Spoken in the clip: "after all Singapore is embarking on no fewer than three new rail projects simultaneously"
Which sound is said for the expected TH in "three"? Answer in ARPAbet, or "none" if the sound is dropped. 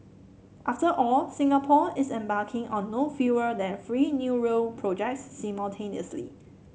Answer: F